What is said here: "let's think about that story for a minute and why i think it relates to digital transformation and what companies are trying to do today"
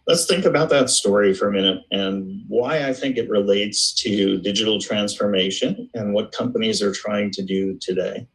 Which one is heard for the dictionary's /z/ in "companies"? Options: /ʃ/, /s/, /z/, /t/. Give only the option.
/z/